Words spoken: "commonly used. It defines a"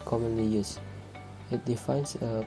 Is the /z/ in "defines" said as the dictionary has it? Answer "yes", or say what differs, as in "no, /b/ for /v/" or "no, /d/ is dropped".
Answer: no, /s/ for /z/